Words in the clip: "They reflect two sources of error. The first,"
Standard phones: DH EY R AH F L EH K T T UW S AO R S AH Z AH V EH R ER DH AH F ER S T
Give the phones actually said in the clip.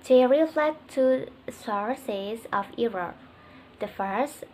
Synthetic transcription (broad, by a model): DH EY R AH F L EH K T T UW S AO R S AH Z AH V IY R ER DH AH F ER S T